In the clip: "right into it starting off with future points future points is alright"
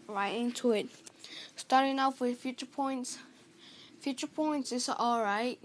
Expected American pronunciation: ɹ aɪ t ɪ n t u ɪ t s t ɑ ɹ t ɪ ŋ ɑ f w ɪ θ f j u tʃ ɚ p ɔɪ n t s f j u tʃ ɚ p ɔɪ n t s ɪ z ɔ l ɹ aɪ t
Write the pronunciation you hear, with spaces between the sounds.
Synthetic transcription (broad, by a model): ɹ aɪ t ɪ n t u ɪ t s t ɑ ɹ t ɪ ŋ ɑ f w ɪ f j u tʃ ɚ p ɔɪ n t s f j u tʃ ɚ p ɔɪ n t s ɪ s ɔ l ɹ aɪ t